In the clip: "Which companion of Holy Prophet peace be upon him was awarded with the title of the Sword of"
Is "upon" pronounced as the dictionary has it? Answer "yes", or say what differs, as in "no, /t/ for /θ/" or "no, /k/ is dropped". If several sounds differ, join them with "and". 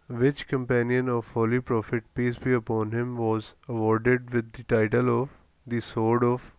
yes